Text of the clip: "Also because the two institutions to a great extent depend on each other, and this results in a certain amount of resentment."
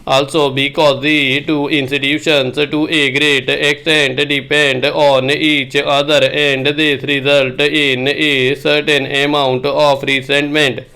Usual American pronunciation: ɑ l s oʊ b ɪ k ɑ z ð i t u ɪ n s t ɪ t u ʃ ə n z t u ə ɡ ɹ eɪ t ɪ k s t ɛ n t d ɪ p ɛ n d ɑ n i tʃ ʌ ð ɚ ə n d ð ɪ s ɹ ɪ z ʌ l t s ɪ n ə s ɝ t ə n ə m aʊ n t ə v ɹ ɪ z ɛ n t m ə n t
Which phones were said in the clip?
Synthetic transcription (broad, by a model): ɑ l s oʊ b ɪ k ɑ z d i t u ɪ n s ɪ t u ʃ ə n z t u ə ɡ ɹ eɪ t ɪ k s t ɛ n t d ɪ p ɛ n d ɑ n i tʃ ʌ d ɚ ə n d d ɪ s ɹ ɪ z ʌ l t ɪ n ə s ɝ t ə n ə m aʊ n t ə p ɹ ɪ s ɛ n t m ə n t